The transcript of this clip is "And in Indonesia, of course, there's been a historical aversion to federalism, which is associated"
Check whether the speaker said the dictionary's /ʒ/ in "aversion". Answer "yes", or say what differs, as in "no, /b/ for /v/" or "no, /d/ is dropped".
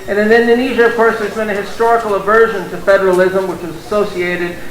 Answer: yes